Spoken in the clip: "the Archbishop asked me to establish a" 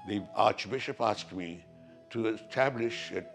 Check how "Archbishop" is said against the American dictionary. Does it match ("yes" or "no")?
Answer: yes